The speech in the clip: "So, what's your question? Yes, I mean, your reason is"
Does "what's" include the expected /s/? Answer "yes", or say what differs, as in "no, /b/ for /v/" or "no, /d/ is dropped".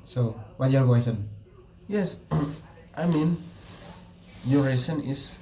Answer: no, /s/ is dropped